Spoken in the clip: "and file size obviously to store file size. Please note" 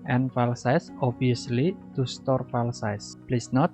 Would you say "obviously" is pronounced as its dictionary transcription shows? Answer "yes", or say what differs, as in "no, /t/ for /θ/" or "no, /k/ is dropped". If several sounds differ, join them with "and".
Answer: no, /v/ is dropped